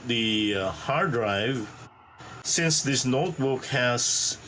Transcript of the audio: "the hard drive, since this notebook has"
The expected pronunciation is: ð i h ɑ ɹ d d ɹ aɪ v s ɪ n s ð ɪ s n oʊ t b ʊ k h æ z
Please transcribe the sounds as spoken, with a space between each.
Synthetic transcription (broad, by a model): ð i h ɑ ɹ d d ɹ aɪ v s ɪ n s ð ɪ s n oʊ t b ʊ k h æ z